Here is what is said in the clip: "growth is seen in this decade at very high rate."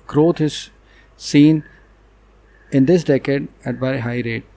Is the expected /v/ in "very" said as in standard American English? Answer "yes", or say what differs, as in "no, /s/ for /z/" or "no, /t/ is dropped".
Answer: no, /b/ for /v/